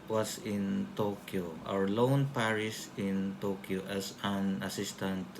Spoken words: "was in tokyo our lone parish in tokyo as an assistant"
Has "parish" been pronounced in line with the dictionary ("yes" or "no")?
no